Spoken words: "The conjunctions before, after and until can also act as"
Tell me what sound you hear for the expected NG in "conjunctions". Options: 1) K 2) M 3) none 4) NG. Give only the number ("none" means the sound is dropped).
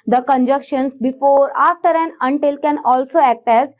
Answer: 3